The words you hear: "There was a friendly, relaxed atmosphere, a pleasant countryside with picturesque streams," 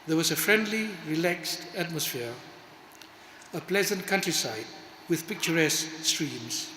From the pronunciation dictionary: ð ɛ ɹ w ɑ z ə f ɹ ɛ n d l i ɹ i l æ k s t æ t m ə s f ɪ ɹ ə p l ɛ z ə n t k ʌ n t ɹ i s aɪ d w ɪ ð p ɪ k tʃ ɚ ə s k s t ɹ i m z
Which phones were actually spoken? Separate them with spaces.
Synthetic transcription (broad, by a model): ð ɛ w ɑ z ə f ɹ ɛ n d l i ɹ i l æ k s t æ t m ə s f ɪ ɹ ə p l ɛ z ə n t k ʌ n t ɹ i s aɪ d w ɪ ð p ɪ k tʃ ɚ ə s k s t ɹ i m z